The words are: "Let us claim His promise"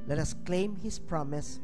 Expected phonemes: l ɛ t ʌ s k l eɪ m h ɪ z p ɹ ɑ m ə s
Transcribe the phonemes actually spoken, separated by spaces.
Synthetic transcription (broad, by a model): l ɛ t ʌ s k l eɪ m h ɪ s p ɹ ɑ m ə s